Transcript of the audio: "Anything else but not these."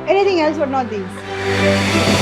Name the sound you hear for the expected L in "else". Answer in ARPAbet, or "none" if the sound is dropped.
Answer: L